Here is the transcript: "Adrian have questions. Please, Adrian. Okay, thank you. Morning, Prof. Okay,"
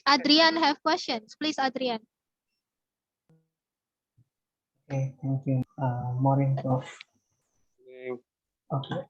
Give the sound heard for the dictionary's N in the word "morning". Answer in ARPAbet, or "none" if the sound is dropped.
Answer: none